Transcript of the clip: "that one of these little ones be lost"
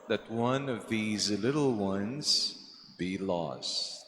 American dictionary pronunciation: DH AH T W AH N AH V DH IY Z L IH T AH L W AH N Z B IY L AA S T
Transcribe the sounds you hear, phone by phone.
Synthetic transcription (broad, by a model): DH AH T W AH N AH V DH IY Z L IH T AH L W AH N Z B IY L AA S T